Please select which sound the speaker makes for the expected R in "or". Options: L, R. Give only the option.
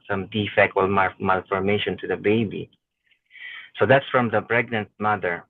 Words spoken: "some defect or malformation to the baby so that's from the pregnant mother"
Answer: L